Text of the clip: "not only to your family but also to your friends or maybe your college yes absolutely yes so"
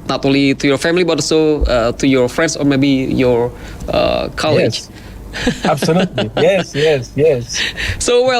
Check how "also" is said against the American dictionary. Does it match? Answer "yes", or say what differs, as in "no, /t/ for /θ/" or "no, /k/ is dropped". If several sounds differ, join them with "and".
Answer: no, /l/ is dropped